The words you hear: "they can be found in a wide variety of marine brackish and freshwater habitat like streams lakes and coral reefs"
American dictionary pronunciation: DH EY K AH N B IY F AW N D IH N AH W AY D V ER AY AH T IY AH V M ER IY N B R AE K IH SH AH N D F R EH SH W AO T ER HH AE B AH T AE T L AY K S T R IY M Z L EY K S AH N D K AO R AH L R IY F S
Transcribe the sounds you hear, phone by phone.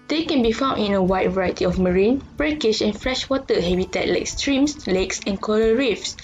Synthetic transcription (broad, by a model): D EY K AH N B IY F AW N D IH N AH W AY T V ER AY AH T IY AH F M ER IY N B R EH K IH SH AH N F R EH SH W AO T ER HH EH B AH T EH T L AY K S T R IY M S L EY K S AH N K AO L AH R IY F S